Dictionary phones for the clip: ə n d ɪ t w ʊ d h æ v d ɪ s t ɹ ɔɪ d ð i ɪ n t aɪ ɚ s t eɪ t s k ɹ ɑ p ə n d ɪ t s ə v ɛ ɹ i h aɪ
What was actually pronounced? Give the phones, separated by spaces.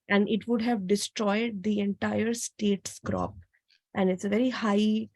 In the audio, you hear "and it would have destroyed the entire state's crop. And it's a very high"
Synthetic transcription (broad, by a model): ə n d ɪ t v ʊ d h æ v d ɪ s t ɹ ɔɪ d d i ɪ n t aɪ ɚ s t eɪ t s k ɹ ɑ p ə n d ɪ t s ə v ɛ ɹ i h aɪ